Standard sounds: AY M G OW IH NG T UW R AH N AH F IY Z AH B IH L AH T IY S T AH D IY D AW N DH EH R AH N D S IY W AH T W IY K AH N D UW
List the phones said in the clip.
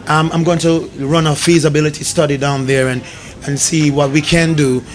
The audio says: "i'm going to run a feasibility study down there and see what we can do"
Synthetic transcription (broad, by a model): AY M G OW IH NG T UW R AH N AH F IY Z AH B IH L AH T IY S T AH D IY D AW N DH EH R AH N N S IY W AH T W IY K AH N D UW